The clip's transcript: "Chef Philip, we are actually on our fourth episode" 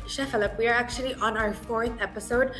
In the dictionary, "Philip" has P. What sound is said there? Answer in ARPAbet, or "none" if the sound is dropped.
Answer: P